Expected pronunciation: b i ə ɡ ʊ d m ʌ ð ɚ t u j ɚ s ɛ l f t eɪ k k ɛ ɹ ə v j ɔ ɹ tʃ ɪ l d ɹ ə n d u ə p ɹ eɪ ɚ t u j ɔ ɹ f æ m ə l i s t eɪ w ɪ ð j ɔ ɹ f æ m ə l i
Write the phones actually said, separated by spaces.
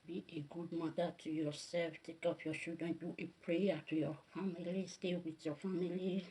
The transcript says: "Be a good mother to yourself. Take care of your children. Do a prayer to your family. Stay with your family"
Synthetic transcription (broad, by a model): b i ə ɡ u d m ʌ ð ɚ t u j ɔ s ɛ l f t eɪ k k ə p j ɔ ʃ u d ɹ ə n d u ə p ɹ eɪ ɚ t u j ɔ f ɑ m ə l i s t eɪ w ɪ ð j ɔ f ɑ m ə l i